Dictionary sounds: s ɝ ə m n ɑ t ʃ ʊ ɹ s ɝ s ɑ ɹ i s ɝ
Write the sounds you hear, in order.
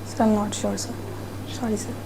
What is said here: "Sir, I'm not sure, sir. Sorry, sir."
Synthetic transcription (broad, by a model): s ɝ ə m n ɑ t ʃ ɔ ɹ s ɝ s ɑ i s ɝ